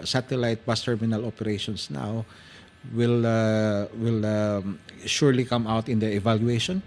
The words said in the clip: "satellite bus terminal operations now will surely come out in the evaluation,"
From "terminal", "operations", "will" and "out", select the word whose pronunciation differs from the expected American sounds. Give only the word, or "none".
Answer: operations